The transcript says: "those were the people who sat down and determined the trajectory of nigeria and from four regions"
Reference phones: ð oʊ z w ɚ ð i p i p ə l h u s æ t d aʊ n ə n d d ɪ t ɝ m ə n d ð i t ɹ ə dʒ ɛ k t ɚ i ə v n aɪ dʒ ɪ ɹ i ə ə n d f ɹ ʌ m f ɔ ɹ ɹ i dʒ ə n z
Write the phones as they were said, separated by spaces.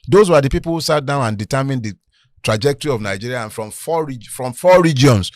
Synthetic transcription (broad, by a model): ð oʊ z w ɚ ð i p i p ə l h u s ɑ t d aʊ n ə n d d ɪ t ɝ m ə n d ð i t ɹ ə dʒ ɛ k t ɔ i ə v n aɪ dʒ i ɹ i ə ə n f ɹ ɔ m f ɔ ɹ ɹ i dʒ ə n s